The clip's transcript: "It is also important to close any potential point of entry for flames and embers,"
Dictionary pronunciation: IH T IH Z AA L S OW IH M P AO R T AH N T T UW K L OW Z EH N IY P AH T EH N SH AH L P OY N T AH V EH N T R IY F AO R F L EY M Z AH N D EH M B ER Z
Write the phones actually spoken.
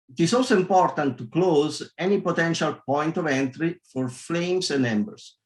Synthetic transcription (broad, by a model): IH T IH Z AA L S OW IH M P AO R T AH N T T UW K L OW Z EH N IY P AH T EH N SH AH L P OY N T AH V EH N T R IY F AO R F L EY M S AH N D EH M B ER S